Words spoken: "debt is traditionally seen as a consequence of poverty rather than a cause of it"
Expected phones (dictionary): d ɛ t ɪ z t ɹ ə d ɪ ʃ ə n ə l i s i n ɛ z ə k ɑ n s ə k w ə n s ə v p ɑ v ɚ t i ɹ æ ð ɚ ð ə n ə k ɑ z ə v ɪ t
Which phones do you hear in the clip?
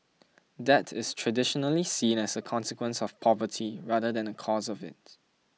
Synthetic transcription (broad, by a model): d ɛ t ɪ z t ɹ ə d ɪ ʃ ə n ə l i s i n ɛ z ə k ɑ n s ə k w ə n s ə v p ɑ v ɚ t i ɹ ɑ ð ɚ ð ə n ə k ɑ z ə v ɪ t